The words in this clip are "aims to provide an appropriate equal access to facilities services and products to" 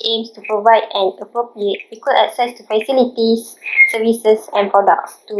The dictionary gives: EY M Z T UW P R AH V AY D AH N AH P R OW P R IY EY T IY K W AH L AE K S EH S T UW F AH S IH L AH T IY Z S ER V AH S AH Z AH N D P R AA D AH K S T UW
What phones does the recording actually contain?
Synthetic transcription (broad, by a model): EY M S T UW P R AH V AY D AH N AH P R OW P R IY EY T IY K W AH L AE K S EH S T UW F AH S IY L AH T IY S S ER V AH S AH S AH N P R AA D AH K S T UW